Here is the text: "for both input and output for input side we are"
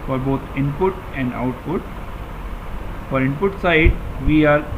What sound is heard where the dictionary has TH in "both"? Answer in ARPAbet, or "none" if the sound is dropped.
T